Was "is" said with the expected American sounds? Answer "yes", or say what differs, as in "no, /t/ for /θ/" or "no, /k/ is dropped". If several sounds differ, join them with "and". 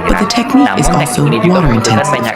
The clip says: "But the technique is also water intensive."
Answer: yes